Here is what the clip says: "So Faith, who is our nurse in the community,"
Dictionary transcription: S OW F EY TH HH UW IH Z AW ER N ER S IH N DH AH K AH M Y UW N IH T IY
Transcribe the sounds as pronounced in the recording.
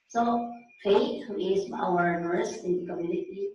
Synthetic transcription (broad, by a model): S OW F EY T HH UW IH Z AW ER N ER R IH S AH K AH M Y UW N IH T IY